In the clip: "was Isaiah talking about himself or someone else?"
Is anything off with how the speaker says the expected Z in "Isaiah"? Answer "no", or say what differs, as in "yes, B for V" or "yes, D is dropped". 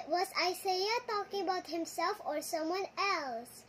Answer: yes, S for Z